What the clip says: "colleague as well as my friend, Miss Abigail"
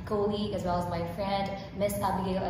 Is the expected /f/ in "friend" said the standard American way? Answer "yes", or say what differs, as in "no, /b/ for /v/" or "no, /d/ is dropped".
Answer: yes